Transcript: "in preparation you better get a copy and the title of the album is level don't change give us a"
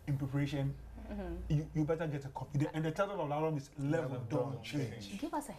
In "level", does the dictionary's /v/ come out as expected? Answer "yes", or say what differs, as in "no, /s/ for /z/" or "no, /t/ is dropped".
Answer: no, /v/ is dropped